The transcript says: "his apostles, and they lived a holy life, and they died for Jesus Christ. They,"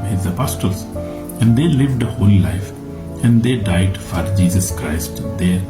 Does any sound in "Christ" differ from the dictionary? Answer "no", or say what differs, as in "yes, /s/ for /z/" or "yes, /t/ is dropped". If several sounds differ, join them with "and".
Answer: no